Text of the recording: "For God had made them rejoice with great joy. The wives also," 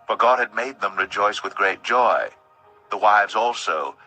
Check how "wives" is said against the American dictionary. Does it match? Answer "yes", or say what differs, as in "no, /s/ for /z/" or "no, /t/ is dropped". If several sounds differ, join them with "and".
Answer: yes